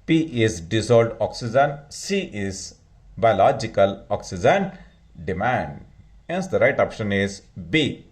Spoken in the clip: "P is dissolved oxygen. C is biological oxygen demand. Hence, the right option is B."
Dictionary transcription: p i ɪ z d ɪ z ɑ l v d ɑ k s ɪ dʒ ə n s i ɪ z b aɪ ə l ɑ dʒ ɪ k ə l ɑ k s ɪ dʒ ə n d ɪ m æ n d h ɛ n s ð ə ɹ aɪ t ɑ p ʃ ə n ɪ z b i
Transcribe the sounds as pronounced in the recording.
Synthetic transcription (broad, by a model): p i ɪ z d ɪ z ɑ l d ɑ k s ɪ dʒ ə n s i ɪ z b aɪ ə l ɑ dʒ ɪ k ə l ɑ k s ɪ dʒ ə n d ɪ m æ n d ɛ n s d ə ɹ aɪ t ɑ p ʃ ə n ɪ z b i